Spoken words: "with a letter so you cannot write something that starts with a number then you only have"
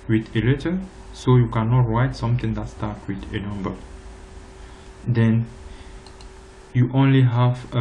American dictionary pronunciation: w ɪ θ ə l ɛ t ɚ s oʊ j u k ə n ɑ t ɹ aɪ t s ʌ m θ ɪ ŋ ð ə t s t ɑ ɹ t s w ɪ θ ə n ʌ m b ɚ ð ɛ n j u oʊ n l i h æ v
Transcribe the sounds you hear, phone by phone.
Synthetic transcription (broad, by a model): w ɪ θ ə l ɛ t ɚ s oʊ j u k ə n ɑ t ɹ aɪ t s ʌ m t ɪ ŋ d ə t s t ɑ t w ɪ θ ə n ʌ m b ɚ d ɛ n j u oʊ n l i h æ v